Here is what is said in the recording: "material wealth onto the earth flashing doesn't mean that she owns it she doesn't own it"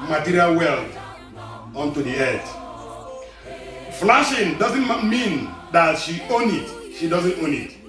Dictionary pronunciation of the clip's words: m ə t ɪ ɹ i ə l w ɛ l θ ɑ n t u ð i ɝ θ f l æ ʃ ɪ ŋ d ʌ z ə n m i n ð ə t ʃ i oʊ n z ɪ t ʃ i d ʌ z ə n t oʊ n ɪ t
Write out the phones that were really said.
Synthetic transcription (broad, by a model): m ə t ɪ ɹ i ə l w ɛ l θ ɑ n t u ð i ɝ t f l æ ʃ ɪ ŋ d ʌ z ə n m i n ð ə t ʃ i oʊ n ɪ t ʃ i d ʌ z ə n t oʊ n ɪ t